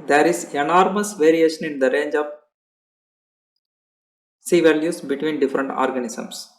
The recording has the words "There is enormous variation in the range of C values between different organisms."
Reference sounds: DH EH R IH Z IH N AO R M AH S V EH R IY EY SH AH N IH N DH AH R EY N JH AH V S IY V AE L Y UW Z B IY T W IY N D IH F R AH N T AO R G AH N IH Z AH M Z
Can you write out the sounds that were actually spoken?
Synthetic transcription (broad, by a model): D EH R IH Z IH N AO R M AH S V EH R IY EY SH AH N IH N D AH R EY N JH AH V S IY V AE L Y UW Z B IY T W IY N D IH F R AH N T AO R G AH N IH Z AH M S